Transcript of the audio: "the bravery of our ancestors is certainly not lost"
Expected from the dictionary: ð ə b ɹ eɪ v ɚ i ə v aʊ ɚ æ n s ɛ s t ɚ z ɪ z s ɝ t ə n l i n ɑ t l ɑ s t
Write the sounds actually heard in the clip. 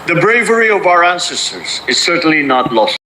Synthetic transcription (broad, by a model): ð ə b ɹ eɪ v ɚ i ə v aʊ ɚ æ n s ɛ s t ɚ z ɪ z s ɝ t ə n l i n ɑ t l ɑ s